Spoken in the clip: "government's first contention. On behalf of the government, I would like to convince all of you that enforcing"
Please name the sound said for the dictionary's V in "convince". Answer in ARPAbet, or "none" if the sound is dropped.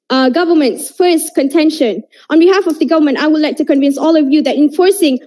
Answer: V